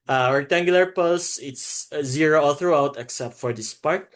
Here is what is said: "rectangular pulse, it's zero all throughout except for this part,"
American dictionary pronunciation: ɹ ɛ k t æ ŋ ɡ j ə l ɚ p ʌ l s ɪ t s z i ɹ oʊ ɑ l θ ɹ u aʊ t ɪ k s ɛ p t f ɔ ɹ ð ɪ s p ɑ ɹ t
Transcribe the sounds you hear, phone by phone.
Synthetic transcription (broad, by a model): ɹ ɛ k t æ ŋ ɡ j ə l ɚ p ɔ s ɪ t s z i ɹ oʊ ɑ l θ ɹ u aʊ t ɪ k s ɛ p t f ɔ ɹ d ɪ s p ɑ ɹ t